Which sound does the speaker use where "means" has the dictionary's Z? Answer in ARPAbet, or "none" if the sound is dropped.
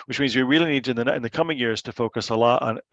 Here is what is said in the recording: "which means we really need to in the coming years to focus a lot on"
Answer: Z